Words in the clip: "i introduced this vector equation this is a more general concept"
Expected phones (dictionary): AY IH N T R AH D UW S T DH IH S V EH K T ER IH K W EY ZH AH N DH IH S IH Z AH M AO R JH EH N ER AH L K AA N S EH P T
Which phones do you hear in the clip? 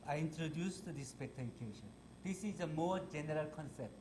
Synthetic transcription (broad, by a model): AY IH N T R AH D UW S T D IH S P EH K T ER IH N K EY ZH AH N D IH S IH Z AH M AO R JH EH N ER AH L K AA N S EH P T